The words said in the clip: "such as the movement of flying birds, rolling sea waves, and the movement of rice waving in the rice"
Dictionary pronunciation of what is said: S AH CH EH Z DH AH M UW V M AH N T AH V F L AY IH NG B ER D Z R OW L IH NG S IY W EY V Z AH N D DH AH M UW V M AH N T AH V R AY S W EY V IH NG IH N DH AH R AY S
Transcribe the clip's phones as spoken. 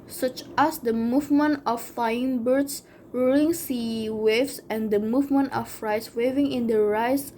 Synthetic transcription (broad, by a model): S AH CH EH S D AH M UW V M AH N T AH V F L AY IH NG B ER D S R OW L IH NG S IY W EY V S AH N D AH M UW V M AH N T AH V R AY S W EY V IH NG IH N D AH R AY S